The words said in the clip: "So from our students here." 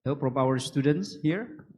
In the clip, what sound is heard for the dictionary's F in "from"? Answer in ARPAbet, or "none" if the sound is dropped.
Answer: P